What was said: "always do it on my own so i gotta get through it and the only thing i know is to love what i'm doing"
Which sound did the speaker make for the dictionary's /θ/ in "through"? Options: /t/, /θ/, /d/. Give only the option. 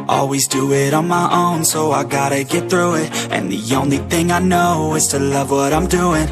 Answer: /θ/